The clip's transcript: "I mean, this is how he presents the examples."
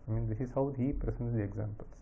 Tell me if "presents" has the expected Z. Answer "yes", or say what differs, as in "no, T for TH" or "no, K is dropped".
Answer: no, S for Z